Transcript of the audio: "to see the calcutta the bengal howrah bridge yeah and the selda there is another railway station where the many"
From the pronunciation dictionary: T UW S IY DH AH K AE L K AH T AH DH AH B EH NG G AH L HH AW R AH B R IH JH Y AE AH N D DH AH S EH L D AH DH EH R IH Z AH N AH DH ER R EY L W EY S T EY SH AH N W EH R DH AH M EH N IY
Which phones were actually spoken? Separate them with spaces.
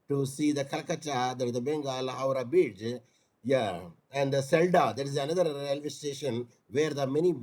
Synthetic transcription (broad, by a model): T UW S IY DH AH K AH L K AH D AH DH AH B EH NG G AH L HH AW R AH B IH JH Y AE AH N D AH S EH L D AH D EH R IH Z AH N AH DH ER R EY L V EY S T EY SH AH N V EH R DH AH M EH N IY